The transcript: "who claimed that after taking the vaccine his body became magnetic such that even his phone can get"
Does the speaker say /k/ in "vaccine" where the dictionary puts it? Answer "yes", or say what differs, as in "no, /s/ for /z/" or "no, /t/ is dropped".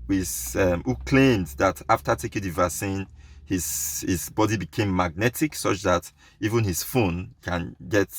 no, /k/ is dropped